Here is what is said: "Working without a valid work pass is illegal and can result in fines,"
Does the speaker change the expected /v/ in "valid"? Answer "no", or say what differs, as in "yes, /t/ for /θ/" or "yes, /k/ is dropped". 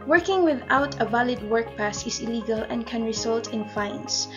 no